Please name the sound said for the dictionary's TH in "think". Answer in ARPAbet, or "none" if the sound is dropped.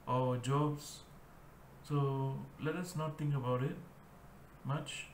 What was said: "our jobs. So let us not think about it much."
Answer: T